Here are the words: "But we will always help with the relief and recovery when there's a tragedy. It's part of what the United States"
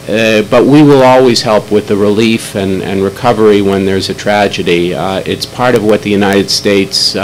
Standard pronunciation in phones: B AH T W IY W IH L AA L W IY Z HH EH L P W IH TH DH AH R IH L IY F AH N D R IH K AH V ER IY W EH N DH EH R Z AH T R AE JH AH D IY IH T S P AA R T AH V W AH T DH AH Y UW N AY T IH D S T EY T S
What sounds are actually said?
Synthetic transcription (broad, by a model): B AH T W IY W IH L AA L W IY Z HH EH L P W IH DH AH R IH L IY F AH N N R IH K AH V ER IY W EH N DH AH R Z AH T R AE JH AH D IY IH T S P AA R T AH V W AH T DH AH Y UW N AY T IH D S T EY T S